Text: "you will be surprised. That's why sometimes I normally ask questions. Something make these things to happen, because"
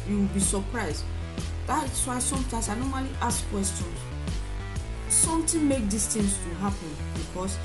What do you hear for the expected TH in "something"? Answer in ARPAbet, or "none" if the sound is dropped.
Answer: T